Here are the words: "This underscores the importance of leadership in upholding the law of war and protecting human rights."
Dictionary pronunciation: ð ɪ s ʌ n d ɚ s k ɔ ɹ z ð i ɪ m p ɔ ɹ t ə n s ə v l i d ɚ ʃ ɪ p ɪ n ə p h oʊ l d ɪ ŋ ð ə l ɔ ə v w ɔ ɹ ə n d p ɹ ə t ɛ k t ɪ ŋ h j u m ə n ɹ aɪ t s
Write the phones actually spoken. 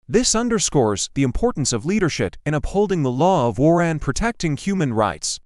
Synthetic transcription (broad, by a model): ð ɪ s ʌ n d ɚ s k ɔ ɹ z ð i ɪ m p ɔ ɹ t n s ə v l i d ɚ ʃ ɪ p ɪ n ə p h oʊ l d ɪ ŋ ð ə l ɔ ə v w ɔ ɹ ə n p ɹ ə t ɛ k t ɪ ŋ h j u m ə n ɹ aɪ t s